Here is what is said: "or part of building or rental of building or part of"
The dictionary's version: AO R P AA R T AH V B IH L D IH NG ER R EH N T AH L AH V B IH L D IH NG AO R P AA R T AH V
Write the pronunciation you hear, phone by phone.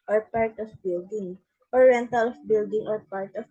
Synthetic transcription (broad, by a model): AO R P AA R T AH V B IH L D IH NG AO R EH N T AH L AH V B IH L D IH NG AO R P AA R T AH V